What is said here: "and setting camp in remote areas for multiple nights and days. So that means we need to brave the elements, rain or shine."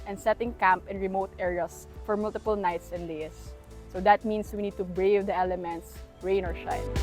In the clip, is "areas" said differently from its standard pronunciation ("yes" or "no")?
yes